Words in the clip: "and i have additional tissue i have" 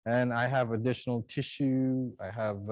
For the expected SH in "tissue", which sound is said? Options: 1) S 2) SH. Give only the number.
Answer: 2